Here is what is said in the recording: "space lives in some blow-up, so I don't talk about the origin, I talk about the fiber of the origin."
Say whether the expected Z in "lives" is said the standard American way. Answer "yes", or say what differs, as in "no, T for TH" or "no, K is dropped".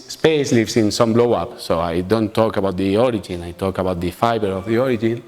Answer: no, S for Z